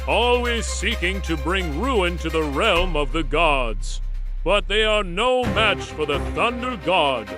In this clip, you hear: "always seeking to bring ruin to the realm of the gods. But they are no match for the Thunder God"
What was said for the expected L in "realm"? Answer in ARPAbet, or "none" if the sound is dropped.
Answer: L